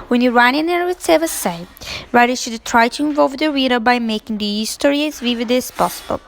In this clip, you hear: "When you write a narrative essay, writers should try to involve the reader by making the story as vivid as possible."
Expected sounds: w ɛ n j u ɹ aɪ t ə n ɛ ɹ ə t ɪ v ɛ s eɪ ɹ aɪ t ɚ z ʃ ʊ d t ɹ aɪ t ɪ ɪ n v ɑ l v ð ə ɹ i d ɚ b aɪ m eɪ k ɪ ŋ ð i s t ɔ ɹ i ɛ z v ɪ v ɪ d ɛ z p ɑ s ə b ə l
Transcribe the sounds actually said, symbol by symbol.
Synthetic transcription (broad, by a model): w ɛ n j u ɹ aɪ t ə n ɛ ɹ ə s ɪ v ɛ s eɪ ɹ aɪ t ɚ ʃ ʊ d t ɹ aɪ t ɪ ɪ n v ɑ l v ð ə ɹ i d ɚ b aɪ m eɪ k ɪ ŋ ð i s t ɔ ɹ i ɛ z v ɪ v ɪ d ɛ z p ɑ s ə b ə l